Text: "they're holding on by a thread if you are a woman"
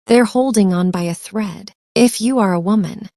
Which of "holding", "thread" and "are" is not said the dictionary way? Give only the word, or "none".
none